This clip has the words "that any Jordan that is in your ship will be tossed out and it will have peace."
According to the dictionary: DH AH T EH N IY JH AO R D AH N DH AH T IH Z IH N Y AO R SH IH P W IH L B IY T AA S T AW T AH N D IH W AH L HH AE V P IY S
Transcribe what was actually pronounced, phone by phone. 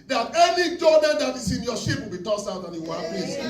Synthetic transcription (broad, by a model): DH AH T EH N IY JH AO L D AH N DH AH T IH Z IH N Y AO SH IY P W IH L B IY T AA S T AW T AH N IH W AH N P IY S